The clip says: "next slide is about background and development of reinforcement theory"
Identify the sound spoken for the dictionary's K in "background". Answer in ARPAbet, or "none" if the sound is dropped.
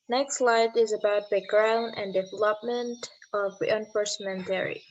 none